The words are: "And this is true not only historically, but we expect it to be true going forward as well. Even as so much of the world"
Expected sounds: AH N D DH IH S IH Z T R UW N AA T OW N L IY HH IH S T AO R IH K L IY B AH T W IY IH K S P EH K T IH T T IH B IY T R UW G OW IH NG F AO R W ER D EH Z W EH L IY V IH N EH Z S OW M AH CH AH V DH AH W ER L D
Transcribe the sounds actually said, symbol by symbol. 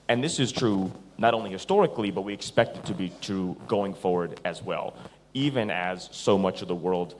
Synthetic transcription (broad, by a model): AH N DH IH S IH Z T R UW N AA T OW N L IY HH IH S T AO R IH K L IY B AH T W IY IH K S P EH K T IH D T IH B IY T R UW G OW IH NG F AO R W ER D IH Z W EH L IY V IH N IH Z S OW M AH CH AH V DH AH W ER L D